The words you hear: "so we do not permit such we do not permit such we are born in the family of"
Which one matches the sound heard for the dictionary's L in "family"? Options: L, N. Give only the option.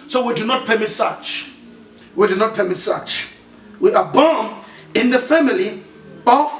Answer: L